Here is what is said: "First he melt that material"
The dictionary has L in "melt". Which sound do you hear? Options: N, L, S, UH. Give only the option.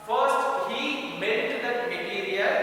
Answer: N